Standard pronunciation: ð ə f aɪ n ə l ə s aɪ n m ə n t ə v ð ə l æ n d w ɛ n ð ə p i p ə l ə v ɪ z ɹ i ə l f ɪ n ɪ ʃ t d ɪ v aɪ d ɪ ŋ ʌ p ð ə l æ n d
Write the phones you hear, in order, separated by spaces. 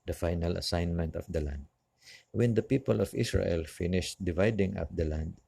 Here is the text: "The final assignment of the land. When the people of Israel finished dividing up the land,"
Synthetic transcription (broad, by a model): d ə f aɪ n ə l ə s aɪ n m ə n t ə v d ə l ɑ n d w ɛ n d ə p i p ə l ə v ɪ s ɹ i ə l f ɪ n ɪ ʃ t d ɪ v aɪ d ɪ ŋ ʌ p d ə l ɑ n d